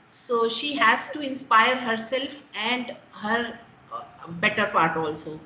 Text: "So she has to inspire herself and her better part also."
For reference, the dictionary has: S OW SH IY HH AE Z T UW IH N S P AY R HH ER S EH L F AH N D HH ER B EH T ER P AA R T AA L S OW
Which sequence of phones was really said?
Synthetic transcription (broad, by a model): S OW SH IY HH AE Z T UW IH N S P AY R HH ER S EH L F AH N D HH ER B EH T ER P AA R T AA L S OW